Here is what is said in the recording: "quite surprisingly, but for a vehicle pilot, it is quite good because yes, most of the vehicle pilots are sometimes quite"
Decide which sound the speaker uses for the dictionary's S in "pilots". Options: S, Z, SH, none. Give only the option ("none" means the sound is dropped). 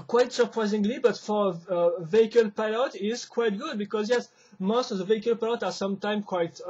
none